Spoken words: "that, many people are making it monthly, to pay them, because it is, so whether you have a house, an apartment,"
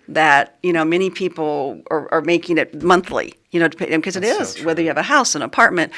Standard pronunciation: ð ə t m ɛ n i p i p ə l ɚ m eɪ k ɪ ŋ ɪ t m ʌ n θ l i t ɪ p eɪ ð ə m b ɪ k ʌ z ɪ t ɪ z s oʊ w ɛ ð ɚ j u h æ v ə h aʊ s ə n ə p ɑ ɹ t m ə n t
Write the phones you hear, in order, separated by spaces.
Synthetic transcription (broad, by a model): ð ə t m ɛ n i p i p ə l ɚ m eɪ k ɪ ŋ ɪ t m ʌ n θ l i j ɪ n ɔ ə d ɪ k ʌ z ɪ t ɪ z w ɛ ð ɚ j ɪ v ə h aʊ s ə n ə p ɑ ɹ t m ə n t